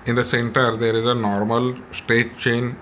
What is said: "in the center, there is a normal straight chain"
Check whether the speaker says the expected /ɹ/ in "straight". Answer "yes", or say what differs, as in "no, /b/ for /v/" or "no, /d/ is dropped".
no, /ɹ/ is dropped